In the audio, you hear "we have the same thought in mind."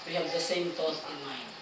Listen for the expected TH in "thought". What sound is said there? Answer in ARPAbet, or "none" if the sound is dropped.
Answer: T